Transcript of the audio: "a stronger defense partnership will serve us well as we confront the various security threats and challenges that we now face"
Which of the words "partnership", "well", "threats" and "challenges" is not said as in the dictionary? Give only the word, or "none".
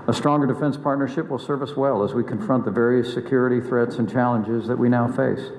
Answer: none